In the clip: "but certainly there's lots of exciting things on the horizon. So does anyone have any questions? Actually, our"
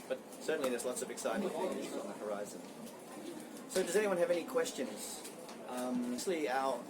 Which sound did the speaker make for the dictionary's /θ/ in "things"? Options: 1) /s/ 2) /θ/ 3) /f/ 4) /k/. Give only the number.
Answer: 3